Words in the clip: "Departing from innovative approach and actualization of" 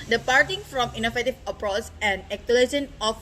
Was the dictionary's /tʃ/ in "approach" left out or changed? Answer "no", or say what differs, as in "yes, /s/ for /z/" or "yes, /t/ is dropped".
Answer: yes, /s/ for /tʃ/